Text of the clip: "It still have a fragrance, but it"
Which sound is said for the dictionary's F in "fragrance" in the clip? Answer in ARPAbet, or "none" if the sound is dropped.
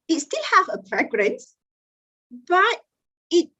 P